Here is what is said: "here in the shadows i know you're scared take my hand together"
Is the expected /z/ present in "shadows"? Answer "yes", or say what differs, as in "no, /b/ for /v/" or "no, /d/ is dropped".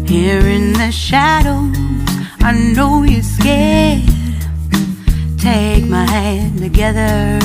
no, /z/ is dropped